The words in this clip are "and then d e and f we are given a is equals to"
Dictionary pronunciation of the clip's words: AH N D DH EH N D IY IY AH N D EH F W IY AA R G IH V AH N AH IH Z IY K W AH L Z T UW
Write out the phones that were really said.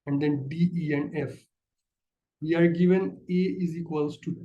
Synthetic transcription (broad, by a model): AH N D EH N D IY IY AH N D EH F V IY AA R G IH V AH N AH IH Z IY K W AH L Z T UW